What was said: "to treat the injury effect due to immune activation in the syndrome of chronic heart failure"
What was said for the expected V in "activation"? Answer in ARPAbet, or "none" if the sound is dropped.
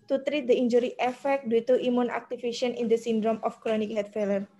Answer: F